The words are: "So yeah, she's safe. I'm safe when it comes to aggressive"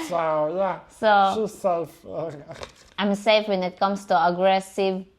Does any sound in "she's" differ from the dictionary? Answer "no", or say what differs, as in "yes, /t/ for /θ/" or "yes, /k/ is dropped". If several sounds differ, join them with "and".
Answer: yes, /s/ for /ʃ/